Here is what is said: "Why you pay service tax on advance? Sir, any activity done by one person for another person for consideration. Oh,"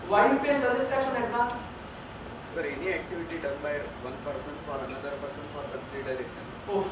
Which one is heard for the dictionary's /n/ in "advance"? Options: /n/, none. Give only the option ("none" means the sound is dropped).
none